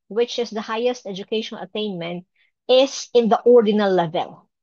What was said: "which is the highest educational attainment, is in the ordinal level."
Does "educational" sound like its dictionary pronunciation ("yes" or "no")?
no